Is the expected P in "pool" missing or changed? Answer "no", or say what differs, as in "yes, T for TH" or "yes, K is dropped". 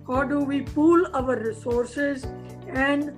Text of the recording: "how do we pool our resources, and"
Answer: no